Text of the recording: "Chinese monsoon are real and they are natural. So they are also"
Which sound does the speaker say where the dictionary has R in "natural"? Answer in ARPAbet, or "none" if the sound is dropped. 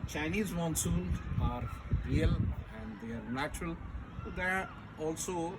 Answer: R